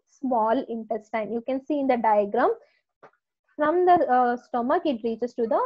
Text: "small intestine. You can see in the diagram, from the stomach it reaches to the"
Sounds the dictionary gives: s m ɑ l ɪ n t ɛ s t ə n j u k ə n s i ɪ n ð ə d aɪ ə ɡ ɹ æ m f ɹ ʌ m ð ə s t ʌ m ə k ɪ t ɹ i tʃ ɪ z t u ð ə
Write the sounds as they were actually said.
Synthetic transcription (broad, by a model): s m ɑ l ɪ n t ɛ s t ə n j u k ə n s i ɪ n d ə d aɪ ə ɡ ɹ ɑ m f ɹ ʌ m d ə s t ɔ m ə k ɪ t ɹ i tʃ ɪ s t u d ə